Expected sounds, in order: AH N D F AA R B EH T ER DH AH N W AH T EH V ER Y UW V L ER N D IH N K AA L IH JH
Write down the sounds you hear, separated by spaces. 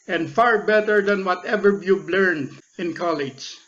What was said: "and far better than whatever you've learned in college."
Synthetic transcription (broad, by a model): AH N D F AA R B EH T ER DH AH N W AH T EH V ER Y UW B L ER N D IH N K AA L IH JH